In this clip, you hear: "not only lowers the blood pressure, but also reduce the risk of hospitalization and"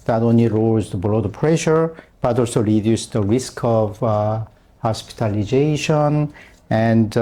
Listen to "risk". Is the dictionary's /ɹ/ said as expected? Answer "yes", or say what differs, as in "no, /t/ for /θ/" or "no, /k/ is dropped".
yes